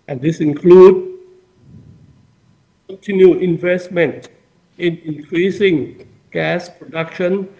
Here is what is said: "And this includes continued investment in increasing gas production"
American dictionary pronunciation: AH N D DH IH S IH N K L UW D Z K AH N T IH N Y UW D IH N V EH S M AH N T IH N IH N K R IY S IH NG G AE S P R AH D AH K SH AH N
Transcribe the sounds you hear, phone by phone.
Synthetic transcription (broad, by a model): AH N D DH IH S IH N K L UW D K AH N T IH N Y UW IH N V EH S M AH N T IH N IH N K R IY S IH NG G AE S P R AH D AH K SH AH N